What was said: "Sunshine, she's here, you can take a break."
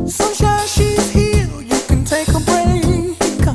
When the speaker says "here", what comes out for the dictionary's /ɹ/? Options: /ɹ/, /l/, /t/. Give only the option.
/l/